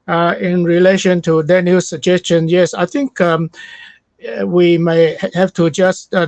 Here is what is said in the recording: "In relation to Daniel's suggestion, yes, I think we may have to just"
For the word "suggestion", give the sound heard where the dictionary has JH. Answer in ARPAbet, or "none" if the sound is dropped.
JH